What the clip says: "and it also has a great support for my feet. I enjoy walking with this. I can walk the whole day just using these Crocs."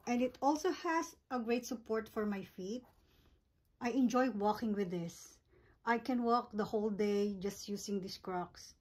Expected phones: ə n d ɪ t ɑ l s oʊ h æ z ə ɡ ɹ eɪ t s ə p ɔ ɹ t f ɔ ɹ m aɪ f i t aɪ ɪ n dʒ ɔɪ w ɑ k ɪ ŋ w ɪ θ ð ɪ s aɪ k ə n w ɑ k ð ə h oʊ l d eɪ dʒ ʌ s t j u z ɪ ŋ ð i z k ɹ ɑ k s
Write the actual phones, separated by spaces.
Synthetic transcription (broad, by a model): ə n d ɪ t ɑ l s oʊ h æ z ə ɡ ɹ eɪ t s ə p ɔ ɹ t f ɔ ɹ m aɪ f i t aɪ ɪ n dʒ ɔɪ w ɑ k ɪ ŋ w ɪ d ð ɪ s aɪ k ə n w ɑ k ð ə h oʊ l d eɪ dʒ ʌ s t j u s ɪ ŋ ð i s k ɹ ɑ k s